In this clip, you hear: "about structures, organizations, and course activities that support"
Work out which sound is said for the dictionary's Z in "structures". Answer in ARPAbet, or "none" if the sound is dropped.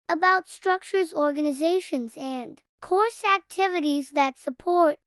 Z